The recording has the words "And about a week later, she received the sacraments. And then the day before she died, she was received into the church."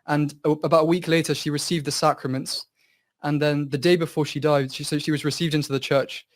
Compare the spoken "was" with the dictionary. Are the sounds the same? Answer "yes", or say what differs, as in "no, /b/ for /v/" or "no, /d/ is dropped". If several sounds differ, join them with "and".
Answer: yes